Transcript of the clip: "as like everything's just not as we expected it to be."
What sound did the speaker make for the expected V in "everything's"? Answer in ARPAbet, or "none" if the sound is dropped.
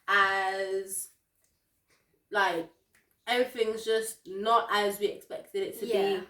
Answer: none